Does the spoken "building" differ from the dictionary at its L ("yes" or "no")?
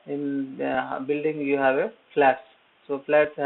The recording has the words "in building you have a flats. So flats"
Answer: no